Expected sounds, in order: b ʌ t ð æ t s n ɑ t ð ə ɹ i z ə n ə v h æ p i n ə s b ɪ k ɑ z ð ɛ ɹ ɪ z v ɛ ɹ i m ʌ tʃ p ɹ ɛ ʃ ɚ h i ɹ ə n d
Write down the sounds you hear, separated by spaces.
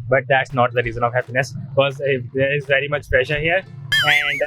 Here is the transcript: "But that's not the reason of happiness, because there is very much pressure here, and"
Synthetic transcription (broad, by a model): b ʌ t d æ t s n ɑ t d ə ɹ i z ə n ə v h æ p i n ə s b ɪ k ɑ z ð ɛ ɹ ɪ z v ɛ ɹ i m ʌ tʃ p ɹ ɛ ʃ ɚ h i ɹ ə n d